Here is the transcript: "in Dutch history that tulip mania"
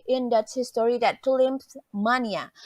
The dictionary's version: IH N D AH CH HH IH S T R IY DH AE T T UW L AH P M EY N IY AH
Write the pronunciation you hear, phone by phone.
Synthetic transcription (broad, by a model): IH N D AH S HH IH S T R IY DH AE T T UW L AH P M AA N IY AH